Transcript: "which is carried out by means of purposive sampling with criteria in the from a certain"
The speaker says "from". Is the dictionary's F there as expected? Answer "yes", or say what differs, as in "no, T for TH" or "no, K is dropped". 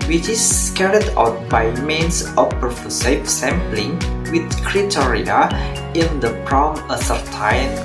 no, P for F